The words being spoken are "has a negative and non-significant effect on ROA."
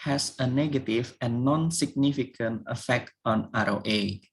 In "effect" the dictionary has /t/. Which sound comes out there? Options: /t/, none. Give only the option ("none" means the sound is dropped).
/t/